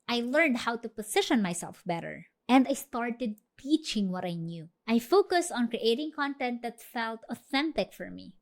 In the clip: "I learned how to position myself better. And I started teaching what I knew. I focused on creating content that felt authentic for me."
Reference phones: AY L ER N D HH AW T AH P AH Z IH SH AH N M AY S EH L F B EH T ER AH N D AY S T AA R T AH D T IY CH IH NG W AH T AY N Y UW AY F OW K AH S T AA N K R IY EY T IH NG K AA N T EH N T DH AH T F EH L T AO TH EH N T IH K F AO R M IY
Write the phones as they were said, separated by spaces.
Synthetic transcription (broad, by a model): AY L ER N D HH AW T AH P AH S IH SH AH N M AY S EH L F B EH T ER AH N D AY S T AA R T AH D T IY CH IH NG W AH T AY N Y UW AY F OW K AH S T AA N K R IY EY T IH NG K AA N T EH N T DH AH T F EH L T AO TH EH N T IH K F AO R M IY